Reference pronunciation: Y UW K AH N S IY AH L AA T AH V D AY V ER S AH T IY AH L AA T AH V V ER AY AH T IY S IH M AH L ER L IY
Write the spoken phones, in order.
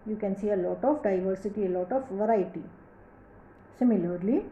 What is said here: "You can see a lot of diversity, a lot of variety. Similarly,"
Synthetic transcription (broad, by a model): Y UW K AH N S IY AH L AA T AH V D AY V ER S AH T IY AH L AA T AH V V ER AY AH T IY S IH M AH L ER L IY